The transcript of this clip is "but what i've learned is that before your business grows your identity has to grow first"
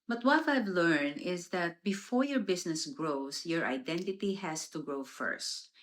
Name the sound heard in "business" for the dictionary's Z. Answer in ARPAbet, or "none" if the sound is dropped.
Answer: S